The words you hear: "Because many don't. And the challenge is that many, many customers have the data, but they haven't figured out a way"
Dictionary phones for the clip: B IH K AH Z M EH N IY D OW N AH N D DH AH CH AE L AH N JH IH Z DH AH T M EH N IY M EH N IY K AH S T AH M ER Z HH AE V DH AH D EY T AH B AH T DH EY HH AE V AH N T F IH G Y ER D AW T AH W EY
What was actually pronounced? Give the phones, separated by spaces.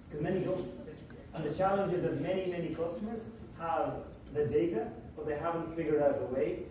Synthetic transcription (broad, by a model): K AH Z M EH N IY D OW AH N DH AH CH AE L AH N JH IH Z DH AH T M EH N IY M EH N IY K AH S T AH M ER Z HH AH V DH AH D EY T AH B AH T DH EY HH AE V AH N T F IH G Y ER D AW T AH W EY